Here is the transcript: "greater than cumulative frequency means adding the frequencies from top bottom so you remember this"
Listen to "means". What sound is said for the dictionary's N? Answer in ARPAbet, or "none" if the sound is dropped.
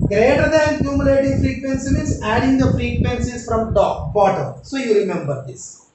none